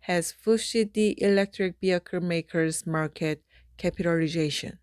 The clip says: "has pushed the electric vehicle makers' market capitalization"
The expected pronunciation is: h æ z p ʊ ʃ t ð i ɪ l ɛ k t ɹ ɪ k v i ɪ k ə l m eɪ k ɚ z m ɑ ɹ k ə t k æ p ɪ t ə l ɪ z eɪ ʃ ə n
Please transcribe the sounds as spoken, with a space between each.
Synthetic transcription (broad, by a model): h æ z f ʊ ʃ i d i ɪ l ɛ k t ɹ ɪ k b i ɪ k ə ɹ m eɪ k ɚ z m ɑ ɹ k ə t k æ p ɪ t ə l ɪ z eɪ ʃ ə n